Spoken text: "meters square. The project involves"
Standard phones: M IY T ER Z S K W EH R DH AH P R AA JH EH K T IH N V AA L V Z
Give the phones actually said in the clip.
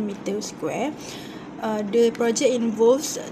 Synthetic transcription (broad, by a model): M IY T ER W S K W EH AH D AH P R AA JH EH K IH N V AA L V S